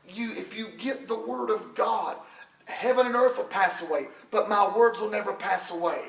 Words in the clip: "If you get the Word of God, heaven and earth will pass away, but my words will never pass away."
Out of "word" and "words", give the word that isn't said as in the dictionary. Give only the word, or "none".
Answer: none